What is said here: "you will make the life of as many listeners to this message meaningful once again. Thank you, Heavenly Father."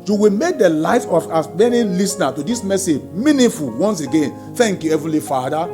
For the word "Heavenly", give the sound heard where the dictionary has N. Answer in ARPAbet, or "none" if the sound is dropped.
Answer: none